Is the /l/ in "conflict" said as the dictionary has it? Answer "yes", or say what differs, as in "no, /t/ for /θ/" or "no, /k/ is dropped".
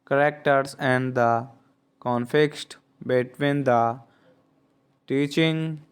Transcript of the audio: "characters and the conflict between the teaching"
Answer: no, /l/ is dropped